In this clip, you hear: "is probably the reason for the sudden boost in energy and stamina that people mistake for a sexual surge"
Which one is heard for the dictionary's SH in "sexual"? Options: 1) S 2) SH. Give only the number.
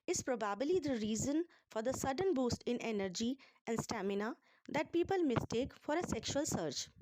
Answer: 2